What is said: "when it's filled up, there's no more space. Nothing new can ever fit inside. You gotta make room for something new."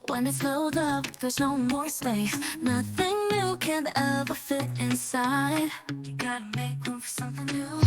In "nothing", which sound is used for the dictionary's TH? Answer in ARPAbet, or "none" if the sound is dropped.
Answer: TH